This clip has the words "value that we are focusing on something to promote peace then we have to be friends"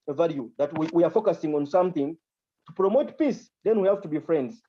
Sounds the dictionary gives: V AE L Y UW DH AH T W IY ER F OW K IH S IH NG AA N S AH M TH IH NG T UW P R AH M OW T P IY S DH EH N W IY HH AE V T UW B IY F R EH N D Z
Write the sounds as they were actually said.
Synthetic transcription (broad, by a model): V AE L Y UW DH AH T W IY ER F OW K IH S IH NG AA N S AH M TH IH NG T UW P R AH M OW T P IY S DH EH N W IY HH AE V T UW B IY F R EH N D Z